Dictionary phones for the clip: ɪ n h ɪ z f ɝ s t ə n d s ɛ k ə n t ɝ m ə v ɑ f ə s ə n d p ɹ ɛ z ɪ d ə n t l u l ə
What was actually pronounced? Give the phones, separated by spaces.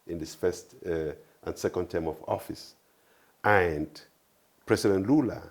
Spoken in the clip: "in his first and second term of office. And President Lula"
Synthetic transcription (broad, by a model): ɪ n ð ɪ s f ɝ s t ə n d s ɛ k ə n t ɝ m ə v ɑ f ə s ə n d p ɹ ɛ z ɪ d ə n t l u l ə